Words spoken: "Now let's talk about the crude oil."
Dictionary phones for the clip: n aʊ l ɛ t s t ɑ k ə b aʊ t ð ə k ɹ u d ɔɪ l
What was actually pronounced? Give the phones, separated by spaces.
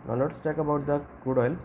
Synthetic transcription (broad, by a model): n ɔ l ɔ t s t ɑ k ə b aʊ t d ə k u d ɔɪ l